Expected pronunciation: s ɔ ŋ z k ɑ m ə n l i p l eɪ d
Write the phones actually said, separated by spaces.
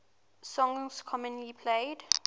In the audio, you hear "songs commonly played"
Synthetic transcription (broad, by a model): s ɔ ŋ s k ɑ m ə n i p l eɪ d